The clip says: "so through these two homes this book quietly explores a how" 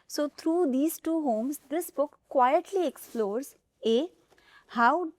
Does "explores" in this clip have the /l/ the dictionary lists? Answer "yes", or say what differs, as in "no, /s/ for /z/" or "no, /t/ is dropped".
yes